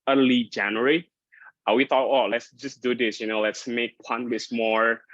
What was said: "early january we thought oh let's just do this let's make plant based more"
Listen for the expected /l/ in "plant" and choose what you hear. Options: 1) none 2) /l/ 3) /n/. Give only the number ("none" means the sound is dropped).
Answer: 1